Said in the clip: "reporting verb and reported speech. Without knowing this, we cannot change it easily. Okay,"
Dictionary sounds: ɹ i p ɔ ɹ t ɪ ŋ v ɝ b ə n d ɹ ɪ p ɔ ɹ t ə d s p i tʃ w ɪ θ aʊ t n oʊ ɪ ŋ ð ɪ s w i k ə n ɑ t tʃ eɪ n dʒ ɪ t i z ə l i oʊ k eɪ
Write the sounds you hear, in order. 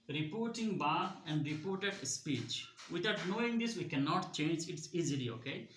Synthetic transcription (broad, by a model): ɹ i p ɔ ɹ t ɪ ŋ b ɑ ə n d ɹ ɪ p ɔ ɹ t ə d s p i tʃ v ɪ t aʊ t n oʊ ɪ ŋ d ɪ s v i k ə n ɑ t tʃ eɪ n dʒ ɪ t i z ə l i oʊ k eɪ